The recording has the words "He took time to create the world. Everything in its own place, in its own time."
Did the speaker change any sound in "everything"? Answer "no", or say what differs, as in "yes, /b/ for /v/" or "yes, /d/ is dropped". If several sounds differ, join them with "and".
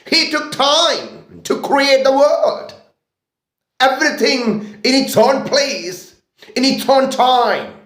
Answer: no